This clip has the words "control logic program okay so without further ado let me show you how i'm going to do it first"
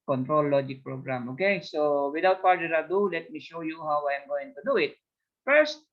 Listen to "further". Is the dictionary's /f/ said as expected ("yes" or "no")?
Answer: no